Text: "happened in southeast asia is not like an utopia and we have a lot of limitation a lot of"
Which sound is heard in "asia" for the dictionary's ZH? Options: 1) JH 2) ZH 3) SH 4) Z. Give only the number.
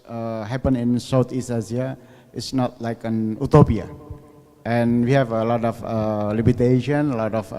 4